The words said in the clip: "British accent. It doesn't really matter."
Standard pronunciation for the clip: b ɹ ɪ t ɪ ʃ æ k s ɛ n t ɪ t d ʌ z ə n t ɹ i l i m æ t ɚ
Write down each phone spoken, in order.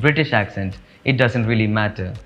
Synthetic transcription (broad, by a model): b ɹ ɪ t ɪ ʃ æ k s ɛ n t ɪ t d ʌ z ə n t ɹ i l i m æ t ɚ